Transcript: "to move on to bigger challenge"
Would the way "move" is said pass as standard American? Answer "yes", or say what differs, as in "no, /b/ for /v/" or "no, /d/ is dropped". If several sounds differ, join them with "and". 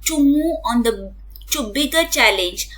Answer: no, /v/ is dropped